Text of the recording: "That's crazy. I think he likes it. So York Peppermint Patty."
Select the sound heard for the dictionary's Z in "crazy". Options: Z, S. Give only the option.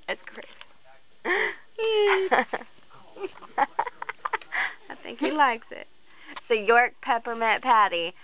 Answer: S